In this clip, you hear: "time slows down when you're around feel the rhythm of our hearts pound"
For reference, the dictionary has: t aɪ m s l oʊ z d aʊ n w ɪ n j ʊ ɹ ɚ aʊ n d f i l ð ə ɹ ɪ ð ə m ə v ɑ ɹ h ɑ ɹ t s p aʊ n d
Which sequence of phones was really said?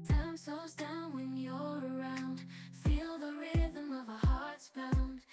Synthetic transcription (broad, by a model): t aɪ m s oʊ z d aʊ n w ɪ n j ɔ ɚ aʊ n d f i l ð ə ɹ ɪ ð ə m ə v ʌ h ɑ ɹ t s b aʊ n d